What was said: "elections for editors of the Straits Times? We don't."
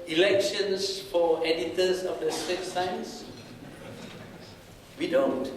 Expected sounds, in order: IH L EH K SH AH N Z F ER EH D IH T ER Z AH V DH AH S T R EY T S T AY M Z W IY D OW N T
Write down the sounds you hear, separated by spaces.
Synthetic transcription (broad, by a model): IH L EH K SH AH N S F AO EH D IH T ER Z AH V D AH S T EY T S AY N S W IY D OW N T